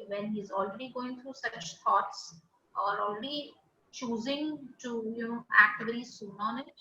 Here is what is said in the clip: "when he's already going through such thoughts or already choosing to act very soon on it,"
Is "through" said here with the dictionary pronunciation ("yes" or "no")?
no